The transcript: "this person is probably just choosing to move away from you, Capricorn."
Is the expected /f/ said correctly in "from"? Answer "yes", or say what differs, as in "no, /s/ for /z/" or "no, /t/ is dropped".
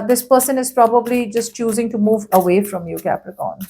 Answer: yes